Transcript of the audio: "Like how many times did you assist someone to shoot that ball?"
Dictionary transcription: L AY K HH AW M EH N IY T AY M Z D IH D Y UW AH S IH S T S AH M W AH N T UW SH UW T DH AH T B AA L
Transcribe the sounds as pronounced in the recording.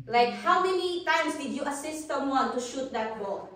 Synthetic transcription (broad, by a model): L AY K HH AW M EH N IY T AY M S D IH D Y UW AH S IH S T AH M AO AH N T UW SH UW T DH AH T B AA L